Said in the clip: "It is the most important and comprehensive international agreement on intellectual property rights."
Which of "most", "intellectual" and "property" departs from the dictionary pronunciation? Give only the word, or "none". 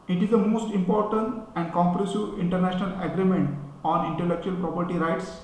none